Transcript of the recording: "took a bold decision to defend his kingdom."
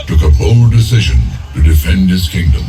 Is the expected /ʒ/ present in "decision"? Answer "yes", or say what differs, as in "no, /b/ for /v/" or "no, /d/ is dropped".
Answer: yes